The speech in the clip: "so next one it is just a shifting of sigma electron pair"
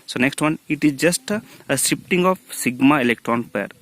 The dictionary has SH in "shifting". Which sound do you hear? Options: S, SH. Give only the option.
S